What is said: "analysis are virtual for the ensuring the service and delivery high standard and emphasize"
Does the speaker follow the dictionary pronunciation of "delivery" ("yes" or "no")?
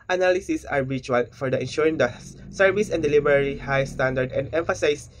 no